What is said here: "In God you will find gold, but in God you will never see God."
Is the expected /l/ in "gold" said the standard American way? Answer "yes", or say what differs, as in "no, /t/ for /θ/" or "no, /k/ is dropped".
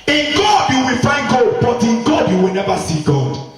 no, /l/ is dropped